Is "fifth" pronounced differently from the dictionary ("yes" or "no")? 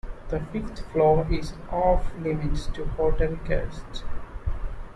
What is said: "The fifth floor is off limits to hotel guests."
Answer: yes